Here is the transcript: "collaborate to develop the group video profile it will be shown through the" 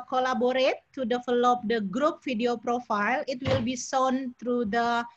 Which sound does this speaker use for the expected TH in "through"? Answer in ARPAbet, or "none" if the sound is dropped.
T